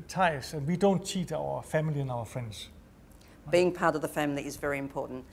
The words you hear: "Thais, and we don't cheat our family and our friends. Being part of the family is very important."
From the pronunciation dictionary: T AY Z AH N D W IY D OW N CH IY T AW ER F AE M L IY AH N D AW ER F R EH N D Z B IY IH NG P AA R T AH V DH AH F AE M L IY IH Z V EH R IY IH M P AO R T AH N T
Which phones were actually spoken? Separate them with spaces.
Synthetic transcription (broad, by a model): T AY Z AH N W IY D OW N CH IY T AW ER F AE M L IY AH N AW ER F R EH N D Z B IY IH NG P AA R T AH V DH AH F AE M L IY IH Z V EH R IY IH M P AO T N T